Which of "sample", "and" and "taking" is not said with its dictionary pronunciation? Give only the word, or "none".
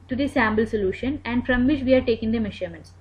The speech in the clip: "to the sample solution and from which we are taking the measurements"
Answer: sample